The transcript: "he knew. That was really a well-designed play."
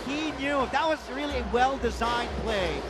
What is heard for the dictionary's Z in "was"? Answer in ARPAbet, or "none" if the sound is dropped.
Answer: Z